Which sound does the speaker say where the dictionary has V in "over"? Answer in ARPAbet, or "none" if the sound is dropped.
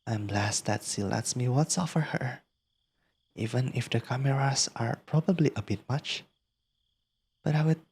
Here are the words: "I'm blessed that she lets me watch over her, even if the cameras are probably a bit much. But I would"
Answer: F